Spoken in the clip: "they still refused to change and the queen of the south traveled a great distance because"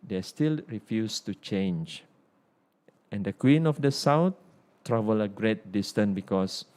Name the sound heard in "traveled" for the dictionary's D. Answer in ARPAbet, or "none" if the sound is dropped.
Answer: none